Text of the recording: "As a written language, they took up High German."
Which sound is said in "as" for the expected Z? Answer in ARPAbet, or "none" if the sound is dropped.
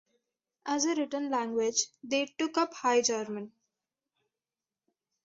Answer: Z